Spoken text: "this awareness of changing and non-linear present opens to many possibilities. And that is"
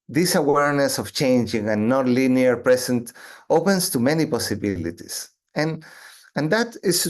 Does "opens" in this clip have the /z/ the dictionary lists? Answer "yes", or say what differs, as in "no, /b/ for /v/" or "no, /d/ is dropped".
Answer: no, /s/ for /z/